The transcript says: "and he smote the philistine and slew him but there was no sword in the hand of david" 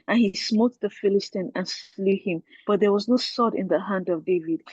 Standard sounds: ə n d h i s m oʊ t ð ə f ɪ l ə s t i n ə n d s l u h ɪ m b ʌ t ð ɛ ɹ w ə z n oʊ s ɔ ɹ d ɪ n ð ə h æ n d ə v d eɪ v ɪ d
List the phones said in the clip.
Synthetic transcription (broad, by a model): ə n h i s m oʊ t ð ə f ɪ l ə s t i n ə n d s l u h ɪ m b ʌ t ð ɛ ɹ w ə z n oʊ s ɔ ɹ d ɪ n ð ə h æ n d ə v d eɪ v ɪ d